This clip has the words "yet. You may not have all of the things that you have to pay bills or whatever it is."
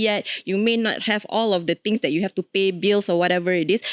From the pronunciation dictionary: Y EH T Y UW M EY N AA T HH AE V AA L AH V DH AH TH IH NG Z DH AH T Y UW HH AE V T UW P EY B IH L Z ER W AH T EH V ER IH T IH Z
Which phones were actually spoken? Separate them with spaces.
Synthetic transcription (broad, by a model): Y EH T Y UW M EY N AA T HH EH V AA L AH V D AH T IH NG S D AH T Y UW HH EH F T UW P EY B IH L S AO W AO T EH V ER IH T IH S